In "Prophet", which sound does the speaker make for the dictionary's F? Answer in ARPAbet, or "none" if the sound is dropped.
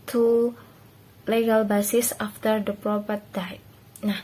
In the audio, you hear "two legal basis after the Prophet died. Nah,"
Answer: P